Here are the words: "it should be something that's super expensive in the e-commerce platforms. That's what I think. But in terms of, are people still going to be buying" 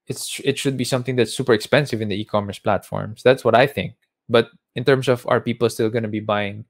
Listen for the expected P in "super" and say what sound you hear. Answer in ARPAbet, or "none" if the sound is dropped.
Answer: P